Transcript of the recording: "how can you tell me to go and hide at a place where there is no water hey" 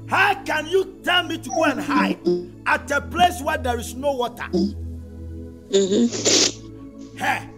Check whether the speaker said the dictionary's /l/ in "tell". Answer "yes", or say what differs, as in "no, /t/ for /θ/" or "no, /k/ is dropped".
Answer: no, /n/ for /l/